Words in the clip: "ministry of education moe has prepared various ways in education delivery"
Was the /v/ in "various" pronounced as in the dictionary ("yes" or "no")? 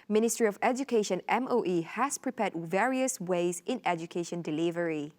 yes